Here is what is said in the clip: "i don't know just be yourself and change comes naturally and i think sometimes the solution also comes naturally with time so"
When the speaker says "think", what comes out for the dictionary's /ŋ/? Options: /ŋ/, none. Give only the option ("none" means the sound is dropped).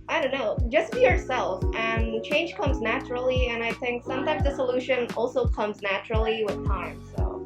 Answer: /ŋ/